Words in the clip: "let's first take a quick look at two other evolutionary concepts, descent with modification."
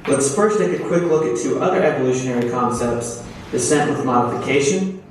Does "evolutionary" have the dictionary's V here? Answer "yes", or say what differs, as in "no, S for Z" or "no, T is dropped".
yes